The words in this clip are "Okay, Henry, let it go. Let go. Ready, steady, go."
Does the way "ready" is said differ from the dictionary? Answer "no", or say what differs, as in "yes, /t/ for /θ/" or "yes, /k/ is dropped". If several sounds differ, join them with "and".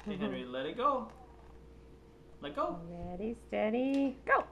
yes, /l/ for /ɹ/